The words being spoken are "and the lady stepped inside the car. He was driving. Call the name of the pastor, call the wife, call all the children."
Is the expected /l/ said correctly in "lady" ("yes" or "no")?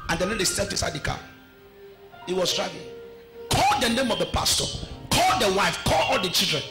no